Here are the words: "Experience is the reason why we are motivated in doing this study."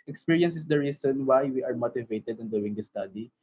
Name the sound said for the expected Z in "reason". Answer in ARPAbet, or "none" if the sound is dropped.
S